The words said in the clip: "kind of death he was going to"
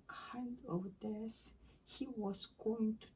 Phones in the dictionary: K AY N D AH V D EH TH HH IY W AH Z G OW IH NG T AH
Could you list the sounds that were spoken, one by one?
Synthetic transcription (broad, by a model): K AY N D AH V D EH S HH IY W AH Z G OW IH NG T